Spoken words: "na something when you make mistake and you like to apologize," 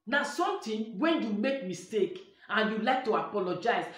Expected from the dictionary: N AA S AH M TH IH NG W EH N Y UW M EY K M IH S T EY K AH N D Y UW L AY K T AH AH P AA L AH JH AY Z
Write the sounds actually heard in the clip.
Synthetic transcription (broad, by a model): N AA S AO M T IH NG W EH N Y UW M EY K M IH S T EY K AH N Y UW L AY K T AH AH P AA L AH JH AY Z